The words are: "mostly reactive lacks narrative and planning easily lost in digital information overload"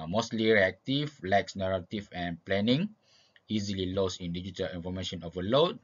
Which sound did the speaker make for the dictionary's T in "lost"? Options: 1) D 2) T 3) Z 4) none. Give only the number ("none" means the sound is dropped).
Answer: 4